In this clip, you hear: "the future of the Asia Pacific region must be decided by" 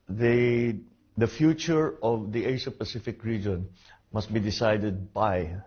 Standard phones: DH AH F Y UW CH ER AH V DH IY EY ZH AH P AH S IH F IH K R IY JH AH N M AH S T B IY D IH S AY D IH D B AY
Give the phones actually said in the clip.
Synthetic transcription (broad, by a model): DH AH F Y UW CH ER AH V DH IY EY SH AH P AH S IH F IH K R IY JH AH N M AH S T B IY D IH S AY D IH D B AY